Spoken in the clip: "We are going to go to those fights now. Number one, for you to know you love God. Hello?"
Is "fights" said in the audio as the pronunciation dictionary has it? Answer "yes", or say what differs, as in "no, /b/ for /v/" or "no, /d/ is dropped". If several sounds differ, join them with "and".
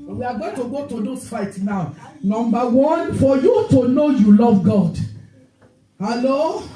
no, /s/ is dropped